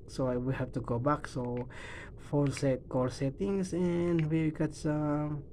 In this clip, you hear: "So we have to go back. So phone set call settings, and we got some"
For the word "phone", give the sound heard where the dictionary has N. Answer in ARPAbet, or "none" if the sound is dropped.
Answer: L